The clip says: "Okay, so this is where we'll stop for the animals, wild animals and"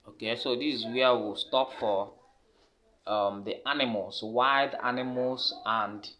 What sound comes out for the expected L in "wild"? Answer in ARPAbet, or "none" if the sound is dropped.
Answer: none